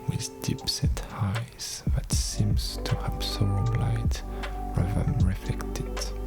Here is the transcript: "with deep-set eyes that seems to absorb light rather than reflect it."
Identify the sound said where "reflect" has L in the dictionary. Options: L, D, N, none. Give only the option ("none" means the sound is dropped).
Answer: none